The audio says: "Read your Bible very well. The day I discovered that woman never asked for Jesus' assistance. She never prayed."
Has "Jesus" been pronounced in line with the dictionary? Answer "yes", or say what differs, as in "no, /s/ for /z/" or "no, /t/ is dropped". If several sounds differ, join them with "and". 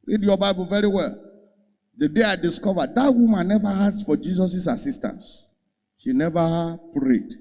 no, /s/ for /z/